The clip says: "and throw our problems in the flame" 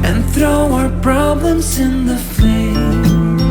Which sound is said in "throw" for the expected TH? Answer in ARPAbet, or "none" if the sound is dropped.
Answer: TH